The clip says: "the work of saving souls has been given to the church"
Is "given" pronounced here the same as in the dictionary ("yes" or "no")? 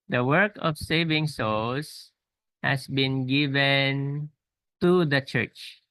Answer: yes